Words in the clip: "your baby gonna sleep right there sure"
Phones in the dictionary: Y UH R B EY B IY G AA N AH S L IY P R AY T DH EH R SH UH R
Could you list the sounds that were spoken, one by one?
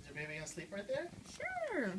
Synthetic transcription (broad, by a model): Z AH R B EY IY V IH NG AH S L IY P R AY T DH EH R SH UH R